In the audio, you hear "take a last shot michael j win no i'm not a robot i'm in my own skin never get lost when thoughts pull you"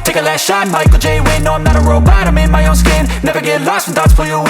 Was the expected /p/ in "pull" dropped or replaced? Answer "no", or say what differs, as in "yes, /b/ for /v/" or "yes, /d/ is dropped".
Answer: yes, /f/ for /p/